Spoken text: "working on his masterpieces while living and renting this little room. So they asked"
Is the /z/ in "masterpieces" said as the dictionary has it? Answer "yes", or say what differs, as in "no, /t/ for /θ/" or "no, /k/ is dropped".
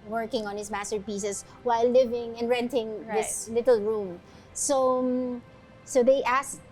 no, /s/ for /z/